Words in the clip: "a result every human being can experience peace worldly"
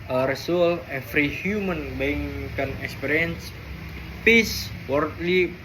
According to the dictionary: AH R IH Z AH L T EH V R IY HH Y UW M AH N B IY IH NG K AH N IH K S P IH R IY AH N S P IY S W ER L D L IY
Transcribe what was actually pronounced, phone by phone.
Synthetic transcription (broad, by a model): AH R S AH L EH F R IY HH Y UW M AH N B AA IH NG K AH N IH K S P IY R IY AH N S P IY S W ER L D L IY